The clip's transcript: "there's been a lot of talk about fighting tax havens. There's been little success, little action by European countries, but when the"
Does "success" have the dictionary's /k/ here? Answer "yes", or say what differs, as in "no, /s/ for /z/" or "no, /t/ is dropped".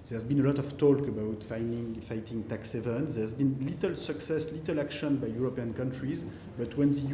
yes